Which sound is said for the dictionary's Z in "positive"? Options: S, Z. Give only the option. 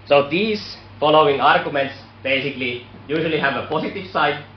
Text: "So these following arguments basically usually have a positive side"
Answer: S